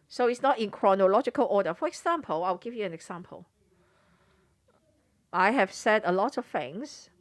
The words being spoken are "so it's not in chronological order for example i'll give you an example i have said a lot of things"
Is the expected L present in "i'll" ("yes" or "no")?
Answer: no